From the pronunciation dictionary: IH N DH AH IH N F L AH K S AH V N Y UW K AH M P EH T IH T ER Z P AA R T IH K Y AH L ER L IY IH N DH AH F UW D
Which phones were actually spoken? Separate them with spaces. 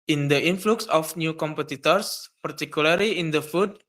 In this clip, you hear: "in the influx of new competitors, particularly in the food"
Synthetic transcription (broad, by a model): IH N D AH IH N F L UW K S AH F N Y UW K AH M P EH T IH T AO S P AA R T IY K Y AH L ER L IY IH N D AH F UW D